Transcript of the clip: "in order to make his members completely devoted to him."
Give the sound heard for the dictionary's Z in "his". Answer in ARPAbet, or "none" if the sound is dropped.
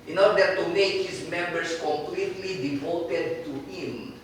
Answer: S